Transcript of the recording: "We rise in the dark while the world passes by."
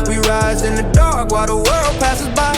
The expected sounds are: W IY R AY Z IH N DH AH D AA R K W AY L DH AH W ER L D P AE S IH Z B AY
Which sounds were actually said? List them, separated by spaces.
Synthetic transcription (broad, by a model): W IY R AY Z IH N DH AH D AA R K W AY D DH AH W ER L D P AE S IH Z B AY